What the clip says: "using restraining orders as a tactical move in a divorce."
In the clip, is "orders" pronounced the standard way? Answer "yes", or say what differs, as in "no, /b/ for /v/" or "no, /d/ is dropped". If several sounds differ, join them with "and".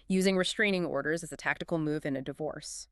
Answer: yes